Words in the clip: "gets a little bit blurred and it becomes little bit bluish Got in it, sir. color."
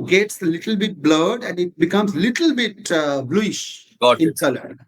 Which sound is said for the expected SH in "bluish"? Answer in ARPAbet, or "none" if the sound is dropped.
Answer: SH